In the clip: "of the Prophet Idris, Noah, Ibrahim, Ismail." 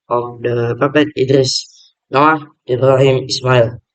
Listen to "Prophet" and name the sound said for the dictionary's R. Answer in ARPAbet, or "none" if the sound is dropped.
none